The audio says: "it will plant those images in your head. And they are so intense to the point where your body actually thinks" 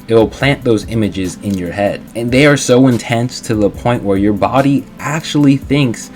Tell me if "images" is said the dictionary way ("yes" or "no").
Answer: yes